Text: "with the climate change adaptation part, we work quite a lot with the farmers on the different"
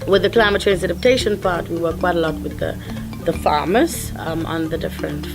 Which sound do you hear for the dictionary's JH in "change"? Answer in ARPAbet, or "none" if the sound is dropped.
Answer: Z